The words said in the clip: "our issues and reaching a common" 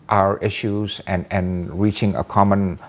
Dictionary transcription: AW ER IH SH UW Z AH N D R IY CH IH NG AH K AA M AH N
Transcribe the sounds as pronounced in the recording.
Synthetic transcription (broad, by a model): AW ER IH SH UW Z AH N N R IY CH IH NG AH K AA M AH N